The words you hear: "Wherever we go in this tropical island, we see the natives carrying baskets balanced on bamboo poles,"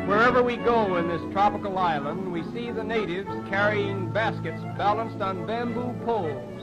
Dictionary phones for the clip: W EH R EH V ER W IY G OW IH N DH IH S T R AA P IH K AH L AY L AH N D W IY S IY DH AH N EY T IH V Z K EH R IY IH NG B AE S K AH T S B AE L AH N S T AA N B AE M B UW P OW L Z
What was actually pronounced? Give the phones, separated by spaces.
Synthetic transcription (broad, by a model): W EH R EH V ER W IY G OW IH N DH IH S T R AA P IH K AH L AY L AH N D W IY S IY DH AH N EY T IH V Z K EH R IY IH NG B AE S K AH T S B AE L AH N S T N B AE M B UW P OW L